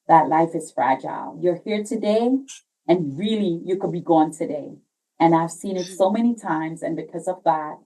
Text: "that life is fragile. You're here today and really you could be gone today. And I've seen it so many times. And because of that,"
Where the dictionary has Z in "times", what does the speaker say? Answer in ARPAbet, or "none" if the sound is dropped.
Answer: Z